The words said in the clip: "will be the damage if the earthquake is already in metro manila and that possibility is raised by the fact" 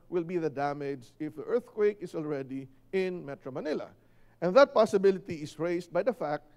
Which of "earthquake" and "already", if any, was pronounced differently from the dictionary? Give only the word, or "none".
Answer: none